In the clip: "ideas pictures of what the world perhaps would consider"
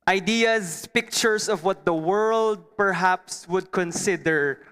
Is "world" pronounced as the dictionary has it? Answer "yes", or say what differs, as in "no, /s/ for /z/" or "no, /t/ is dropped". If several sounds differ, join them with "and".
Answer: yes